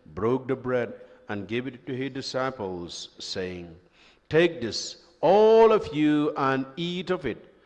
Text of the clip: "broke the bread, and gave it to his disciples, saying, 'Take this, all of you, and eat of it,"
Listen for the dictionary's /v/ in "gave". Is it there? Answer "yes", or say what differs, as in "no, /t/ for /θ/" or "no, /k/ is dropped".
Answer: yes